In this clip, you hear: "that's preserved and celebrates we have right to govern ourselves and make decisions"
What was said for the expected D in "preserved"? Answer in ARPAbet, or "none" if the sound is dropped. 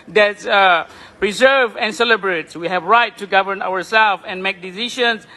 none